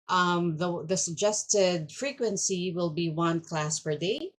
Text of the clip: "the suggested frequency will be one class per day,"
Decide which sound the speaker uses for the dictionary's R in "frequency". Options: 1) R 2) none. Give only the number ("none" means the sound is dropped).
1